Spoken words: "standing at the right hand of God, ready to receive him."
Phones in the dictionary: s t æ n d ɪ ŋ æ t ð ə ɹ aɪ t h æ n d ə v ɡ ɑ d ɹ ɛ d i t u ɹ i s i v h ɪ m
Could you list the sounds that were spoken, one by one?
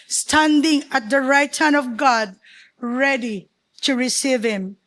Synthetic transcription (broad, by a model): s t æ n d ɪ ŋ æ t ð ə ɹ aɪ t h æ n ə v ɡ ɑ d ɹ ɛ d i t u ɹ i s i v h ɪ m